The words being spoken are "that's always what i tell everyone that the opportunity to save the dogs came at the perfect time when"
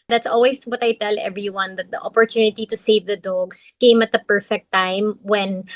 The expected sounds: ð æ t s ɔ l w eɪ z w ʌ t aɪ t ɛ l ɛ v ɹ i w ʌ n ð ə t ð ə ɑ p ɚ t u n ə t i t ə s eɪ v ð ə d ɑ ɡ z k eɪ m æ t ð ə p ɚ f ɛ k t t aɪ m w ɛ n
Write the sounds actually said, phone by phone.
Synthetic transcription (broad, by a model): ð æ t s ɔ l w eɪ s w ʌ t aɪ t ɛ l ɛ v ɹ i w ʌ n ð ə t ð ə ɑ p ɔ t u n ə t i t ə s eɪ v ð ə d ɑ ɡ s k eɪ m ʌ t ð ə p ɚ f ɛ k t t aɪ m w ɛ n